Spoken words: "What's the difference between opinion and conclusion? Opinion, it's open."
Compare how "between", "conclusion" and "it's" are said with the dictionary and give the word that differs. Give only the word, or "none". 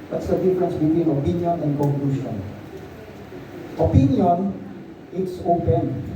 conclusion